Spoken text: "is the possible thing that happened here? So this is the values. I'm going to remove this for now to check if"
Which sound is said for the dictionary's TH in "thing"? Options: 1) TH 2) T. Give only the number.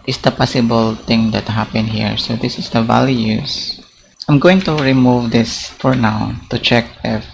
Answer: 2